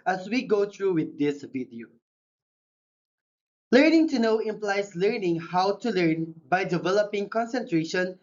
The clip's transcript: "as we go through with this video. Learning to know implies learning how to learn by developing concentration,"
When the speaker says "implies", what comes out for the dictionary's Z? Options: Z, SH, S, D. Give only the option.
S